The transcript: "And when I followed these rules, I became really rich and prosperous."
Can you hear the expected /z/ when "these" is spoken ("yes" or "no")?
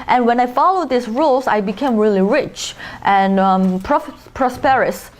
no